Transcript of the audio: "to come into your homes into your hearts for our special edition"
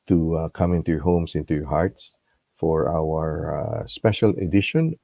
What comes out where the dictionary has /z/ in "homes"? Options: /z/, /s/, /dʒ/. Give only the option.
/s/